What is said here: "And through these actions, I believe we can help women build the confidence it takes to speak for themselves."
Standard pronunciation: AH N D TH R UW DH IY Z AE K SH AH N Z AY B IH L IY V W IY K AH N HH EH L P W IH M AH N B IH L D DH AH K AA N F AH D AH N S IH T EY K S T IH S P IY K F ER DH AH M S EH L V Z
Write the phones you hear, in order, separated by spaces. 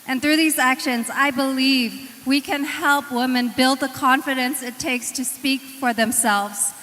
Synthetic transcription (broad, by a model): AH N TH R UW DH IY Z AE K SH AH N Z AY B IH L IY V W IY K AH N HH EH L P W IH M AH N B IH L D DH AH K AA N F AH D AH N S IH T EY K S T IH S P IY K F ER DH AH M S EH L V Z